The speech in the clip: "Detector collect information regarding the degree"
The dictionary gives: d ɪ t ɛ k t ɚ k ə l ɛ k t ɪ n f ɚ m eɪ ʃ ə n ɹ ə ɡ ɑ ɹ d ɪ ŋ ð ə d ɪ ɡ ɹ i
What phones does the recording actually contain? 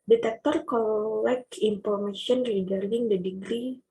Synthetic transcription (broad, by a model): d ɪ t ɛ k t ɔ k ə l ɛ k ɪ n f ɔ m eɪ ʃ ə n ɹ ə ɡ ɑ ɹ d ɪ ŋ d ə d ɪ ɡ ɹ i